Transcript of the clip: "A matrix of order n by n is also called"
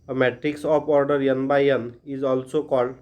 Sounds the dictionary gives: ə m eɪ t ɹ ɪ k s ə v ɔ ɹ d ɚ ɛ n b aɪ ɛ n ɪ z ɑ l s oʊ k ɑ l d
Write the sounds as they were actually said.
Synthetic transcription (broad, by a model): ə m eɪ t ɹ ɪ k s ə p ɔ ɹ d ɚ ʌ n b aɪ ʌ n ɪ z ɑ l s oʊ k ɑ l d